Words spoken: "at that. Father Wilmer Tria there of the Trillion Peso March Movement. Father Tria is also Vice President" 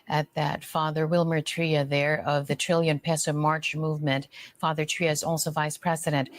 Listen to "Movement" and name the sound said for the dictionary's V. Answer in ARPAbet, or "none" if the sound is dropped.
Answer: V